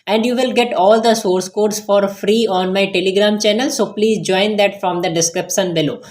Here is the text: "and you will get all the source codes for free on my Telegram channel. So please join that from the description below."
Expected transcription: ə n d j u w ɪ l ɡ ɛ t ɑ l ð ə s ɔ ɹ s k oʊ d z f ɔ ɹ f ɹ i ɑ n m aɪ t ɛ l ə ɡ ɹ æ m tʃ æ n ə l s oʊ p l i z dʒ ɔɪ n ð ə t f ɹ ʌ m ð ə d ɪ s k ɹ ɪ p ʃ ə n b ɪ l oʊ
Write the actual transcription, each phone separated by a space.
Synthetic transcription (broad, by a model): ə n d j u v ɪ l ɡ ɛ t ɑ l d ə s ɔ ɹ s k oʊ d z f ɔ ɹ f ɹ i ɑ n m aɪ t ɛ l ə ɡ ɹ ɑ m tʃ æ n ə l s oʊ p l i z dʒ ɔɪ n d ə t f ɹ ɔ m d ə d ɪ s k ɹ ɪ p ʃ ə n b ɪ l oʊ